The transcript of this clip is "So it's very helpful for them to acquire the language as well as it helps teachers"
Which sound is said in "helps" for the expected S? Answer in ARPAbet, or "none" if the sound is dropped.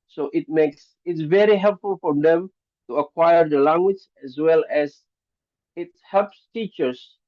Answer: S